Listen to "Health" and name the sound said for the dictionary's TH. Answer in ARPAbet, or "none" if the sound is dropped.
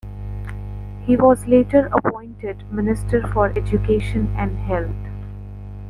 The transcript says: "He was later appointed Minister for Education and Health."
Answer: T